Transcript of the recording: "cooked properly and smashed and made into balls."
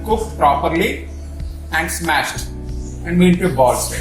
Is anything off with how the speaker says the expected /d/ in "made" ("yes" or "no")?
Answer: yes